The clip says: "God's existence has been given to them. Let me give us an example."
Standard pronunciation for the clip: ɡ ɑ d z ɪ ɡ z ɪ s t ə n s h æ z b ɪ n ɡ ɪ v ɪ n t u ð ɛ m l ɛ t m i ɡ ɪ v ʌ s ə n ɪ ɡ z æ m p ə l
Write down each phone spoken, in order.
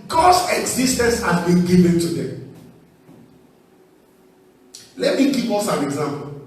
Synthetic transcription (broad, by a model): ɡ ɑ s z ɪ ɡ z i s t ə n s h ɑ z b ɪ n ɡ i v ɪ n t u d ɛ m l ɛ t m i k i p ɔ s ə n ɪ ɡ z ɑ m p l